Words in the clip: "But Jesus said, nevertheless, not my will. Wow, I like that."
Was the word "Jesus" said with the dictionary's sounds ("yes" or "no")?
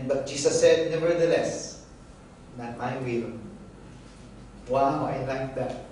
no